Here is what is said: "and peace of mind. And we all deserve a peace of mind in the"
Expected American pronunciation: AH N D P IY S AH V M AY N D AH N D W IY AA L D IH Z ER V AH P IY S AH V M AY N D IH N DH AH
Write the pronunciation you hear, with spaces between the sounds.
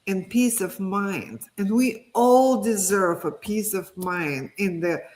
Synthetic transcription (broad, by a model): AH N P IY S AH V M AY N D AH N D W IY AA L D IH Z ER V AH P IY S AH V M AY N D IH N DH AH